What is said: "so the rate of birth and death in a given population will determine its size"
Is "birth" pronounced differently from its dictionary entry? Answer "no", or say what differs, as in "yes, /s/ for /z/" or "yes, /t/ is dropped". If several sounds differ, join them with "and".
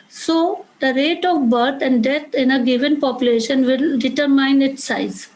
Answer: yes, /t/ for /θ/